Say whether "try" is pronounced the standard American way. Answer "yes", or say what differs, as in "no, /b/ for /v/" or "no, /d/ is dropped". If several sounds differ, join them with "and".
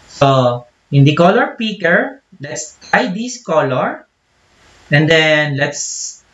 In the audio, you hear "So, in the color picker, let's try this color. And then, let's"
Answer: no, /ɹ/ is dropped